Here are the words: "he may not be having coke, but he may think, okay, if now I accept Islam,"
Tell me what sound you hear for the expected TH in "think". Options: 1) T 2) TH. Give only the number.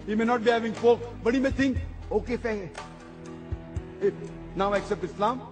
1